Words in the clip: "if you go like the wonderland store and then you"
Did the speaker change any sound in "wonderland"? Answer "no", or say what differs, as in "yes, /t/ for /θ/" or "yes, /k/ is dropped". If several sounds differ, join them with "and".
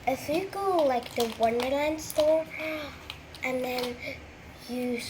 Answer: no